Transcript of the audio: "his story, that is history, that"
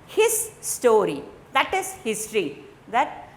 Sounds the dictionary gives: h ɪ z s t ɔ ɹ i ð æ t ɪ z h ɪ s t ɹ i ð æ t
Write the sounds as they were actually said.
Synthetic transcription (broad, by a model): h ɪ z s t ɔ ɹ i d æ t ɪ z h ɪ s t ɹ i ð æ t